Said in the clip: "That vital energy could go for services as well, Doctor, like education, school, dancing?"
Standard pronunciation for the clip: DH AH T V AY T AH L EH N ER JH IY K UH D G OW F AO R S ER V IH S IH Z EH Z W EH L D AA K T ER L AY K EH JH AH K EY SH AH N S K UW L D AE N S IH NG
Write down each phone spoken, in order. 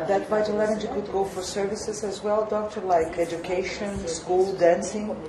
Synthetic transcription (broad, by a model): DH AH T B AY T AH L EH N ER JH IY K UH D G OW F AO R S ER V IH S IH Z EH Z W EH L D AA K T ER L AY K EH JH AH K EY SH AH N S K UW L D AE N S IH NG